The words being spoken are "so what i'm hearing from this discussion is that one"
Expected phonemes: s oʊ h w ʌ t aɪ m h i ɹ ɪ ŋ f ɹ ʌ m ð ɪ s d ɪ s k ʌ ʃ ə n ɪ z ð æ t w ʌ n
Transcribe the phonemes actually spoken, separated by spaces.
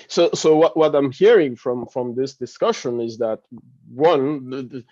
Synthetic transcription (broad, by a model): s oʊ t w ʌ t aɪ m h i ɹ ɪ ŋ f ɹ ʌ m ð ɪ s d ɪ s k ʌ ʃ ə n ɪ z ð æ t w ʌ n